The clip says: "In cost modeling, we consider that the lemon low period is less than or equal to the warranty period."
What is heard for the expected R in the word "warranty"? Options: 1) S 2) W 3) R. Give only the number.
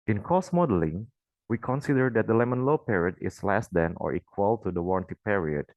3